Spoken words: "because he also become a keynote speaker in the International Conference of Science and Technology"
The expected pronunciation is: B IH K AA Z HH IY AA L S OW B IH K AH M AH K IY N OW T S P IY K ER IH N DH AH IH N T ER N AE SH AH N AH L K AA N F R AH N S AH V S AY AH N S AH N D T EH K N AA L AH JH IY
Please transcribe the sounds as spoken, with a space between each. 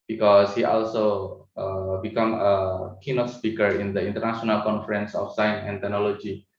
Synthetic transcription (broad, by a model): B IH K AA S HH IY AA L S OW B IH K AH M AH K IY N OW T S P IY K ER IH N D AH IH N T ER N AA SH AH N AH L K AA N F R AH N S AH F S AY AH N S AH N T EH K N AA L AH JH IY